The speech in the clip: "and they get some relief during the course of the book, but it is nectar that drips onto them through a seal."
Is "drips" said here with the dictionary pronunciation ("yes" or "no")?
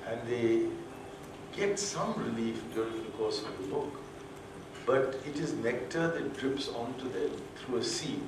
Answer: yes